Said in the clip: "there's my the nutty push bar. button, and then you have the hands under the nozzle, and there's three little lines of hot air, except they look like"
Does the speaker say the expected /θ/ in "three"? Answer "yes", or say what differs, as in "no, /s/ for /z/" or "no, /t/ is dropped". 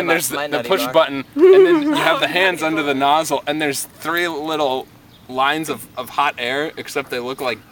yes